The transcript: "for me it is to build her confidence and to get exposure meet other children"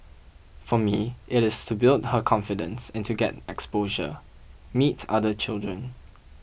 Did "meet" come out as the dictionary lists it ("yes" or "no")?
yes